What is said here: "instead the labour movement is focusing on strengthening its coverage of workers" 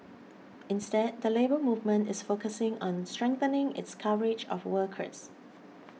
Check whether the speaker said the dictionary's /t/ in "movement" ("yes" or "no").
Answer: yes